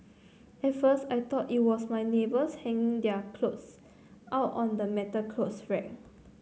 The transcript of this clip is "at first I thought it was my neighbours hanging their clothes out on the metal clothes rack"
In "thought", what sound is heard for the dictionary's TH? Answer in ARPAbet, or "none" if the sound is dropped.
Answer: T